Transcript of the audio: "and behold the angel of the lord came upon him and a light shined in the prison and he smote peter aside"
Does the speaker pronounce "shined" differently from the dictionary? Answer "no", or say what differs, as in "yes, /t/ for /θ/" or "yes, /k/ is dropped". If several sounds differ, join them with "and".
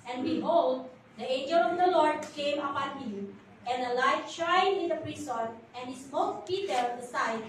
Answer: yes, /d/ is dropped